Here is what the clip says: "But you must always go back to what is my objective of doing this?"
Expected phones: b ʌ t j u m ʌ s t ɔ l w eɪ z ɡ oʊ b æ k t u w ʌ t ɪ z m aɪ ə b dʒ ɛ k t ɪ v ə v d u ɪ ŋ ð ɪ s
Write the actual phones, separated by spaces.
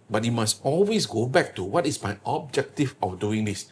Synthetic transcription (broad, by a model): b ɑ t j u m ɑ s t ɔ l w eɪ s ɡ oʊ b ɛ k t u w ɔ t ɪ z m aɪ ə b dʒ ɛ k t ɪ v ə f d u ɪ ŋ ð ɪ s